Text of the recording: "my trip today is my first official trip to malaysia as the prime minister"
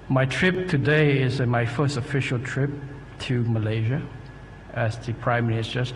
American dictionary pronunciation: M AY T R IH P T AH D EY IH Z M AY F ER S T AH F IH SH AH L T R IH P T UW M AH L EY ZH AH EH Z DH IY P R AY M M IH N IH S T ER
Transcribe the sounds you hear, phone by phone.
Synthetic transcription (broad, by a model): M AY T R IH P T AH D EY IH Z M AY F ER S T AH F IH SH AH L T R IH P T UW M AH L EY ZH AH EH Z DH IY P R AY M M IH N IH S T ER